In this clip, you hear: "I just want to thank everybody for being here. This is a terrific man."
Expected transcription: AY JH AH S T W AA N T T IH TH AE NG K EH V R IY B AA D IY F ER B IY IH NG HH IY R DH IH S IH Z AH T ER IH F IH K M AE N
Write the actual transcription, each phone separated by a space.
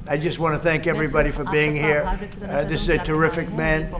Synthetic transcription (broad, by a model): AY JH AH S T W AA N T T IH TH AE NG K EH V R IY B AA D IY F ER B IY IH NG HH IY R DH IH S IH Z AH T ER IH F IH K M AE N